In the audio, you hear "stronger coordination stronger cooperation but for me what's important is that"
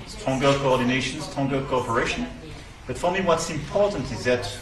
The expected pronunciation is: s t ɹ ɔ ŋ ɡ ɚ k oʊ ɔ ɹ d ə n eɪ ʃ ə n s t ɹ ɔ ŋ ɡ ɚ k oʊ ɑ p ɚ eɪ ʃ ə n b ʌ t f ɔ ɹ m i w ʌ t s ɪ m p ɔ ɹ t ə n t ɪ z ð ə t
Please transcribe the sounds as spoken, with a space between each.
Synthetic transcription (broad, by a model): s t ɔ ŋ ɡ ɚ k oʊ ɔ ɹ d ə n eɪ ʃ ə n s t ɔ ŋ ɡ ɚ k oʊ ɑ p ɚ eɪ ʃ ə n b ʌ t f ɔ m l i w ʌ t s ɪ m p ɔ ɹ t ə n t ɪ z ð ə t